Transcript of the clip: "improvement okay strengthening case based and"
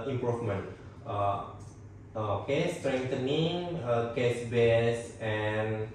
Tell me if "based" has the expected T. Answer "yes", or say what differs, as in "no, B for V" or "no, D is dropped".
no, T is dropped